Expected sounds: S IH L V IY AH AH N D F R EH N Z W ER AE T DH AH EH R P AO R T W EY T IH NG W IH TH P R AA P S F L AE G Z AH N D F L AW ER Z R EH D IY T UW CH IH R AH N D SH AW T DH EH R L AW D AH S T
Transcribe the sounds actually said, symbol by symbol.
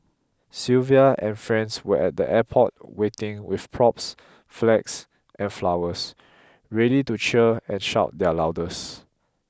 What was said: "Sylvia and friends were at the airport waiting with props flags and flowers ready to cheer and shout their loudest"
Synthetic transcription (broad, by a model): S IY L V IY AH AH N F R EH N S W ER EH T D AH EH P AO T W EY T IH NG W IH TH P R AA P S F L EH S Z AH N F L AW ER S R EH D IY T UW CH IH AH N SH AW T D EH L AW D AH S